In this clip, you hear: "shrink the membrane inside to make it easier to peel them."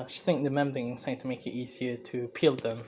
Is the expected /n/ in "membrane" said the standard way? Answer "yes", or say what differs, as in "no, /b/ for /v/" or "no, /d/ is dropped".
no, /n/ is dropped